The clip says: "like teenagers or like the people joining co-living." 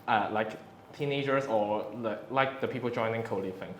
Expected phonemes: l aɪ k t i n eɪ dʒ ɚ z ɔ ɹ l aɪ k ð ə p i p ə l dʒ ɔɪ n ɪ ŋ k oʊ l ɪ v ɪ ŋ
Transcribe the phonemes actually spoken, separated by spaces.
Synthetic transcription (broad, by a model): l aɪ k t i n eɪ dʒ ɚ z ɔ l l aɪ k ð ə p i p ə l dʒ ɔɪ n ɪ ŋ k oʊ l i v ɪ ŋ